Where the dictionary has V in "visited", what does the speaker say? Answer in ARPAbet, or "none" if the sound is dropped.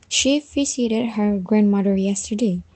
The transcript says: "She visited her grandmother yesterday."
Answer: F